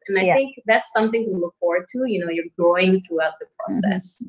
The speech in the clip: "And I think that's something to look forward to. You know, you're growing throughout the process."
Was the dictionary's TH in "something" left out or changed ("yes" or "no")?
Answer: no